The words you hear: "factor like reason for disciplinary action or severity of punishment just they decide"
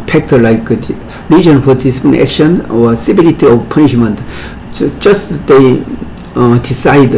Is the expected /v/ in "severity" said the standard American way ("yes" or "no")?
no